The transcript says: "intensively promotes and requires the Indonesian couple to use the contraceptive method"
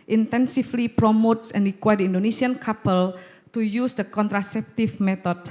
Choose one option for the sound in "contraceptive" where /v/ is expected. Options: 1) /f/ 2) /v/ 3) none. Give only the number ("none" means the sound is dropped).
1